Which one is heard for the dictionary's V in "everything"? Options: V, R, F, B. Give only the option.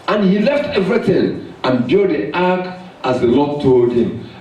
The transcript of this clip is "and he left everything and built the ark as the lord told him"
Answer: V